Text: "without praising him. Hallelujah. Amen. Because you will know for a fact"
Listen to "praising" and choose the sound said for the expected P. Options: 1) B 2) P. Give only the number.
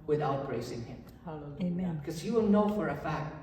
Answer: 1